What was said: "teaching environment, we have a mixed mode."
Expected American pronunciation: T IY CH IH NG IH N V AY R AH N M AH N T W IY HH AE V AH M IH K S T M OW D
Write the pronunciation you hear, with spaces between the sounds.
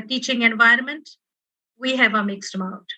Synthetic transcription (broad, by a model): T IY CH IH NG IH N V AY R AH N M AH N T W IY HH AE V AH M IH K S T M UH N